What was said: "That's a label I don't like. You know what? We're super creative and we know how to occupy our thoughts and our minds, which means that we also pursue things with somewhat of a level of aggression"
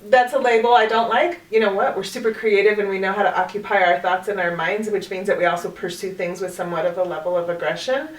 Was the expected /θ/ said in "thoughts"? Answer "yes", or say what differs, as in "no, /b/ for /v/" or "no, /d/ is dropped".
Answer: yes